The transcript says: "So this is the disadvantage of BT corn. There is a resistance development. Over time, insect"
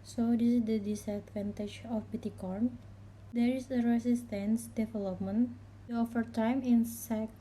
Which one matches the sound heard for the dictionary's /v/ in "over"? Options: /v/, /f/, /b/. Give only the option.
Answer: /f/